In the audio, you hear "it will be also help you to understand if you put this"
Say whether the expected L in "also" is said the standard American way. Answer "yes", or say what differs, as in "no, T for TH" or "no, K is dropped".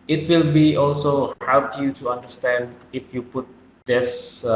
yes